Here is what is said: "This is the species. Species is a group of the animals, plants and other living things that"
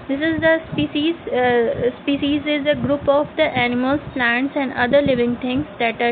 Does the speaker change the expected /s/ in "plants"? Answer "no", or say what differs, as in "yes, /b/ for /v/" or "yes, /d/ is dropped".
no